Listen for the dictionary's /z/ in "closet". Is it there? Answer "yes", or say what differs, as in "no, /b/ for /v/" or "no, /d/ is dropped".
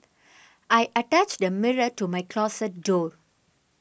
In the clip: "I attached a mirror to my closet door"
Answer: no, /s/ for /z/